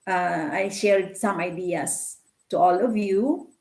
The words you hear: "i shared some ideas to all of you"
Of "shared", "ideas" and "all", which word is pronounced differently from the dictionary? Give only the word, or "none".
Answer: ideas